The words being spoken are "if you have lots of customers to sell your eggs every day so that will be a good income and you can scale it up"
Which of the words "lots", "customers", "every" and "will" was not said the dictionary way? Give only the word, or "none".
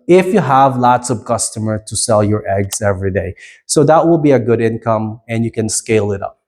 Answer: customers